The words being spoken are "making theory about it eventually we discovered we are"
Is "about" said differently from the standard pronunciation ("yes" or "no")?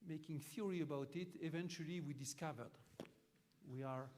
no